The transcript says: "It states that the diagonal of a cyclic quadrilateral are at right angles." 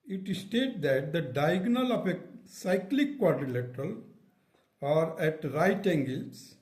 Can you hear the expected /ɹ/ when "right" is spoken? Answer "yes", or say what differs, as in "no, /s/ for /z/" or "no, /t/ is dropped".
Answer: yes